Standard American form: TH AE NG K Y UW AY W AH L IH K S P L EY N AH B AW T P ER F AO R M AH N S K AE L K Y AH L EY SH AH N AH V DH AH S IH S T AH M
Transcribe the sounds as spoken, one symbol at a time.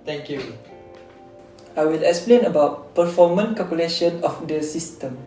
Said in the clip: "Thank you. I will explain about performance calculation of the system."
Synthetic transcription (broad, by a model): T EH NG K Y UW AY W AH L IH K S P L EY N AH B AW T P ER F AO M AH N K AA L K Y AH L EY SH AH N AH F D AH S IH S T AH M